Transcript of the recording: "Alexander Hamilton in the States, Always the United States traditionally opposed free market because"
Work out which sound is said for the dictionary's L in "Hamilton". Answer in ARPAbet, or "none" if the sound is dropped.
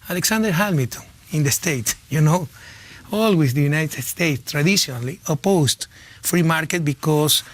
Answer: none